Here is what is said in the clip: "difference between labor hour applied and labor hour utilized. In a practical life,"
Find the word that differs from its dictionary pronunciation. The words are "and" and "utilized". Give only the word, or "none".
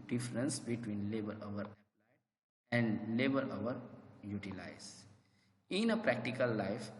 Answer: utilized